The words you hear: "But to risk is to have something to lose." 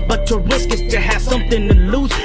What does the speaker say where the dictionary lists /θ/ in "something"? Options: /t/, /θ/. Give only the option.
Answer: /θ/